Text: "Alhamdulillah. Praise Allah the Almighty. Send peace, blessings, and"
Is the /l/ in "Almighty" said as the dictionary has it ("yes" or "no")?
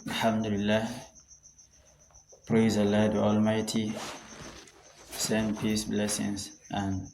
yes